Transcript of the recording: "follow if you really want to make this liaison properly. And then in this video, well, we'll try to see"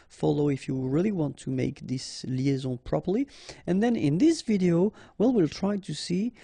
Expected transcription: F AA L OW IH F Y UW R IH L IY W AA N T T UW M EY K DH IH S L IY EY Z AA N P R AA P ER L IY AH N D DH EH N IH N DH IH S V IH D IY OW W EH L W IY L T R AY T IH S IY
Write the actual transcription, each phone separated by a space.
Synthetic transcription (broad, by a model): F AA L OW IH F Y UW R IH L IY W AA N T T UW M EY K DH IH S L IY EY Z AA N P R AA P ER L IY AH N DH EH N IH N DH IH S V IH D IY OW W EH L W IY L T R AY T IH S IY